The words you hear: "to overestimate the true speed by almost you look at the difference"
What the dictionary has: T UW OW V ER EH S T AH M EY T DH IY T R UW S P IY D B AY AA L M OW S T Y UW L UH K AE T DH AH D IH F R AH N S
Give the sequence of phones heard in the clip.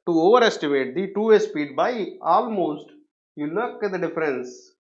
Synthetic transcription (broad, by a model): T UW OW V ER EH S T AH M EY T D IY T UW S P IY D B AY AA L M OW S T Y UW L UH K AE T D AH D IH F R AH N S